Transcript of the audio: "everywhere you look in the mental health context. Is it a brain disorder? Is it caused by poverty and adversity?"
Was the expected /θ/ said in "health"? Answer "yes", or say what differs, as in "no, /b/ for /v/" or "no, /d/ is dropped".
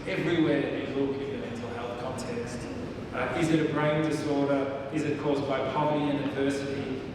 yes